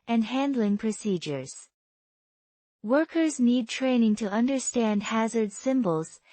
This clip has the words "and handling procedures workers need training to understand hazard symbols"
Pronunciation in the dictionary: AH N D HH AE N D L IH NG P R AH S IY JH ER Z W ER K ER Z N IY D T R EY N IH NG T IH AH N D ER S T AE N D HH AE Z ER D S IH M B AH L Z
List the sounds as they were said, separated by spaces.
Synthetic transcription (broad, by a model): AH N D HH AE N D L IH NG P R AH S IY JH ER Z W ER K ER Z N IY D T R EY N IH NG T IH AH N D ER S T AE N D HH AE Z ER D S IH M B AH L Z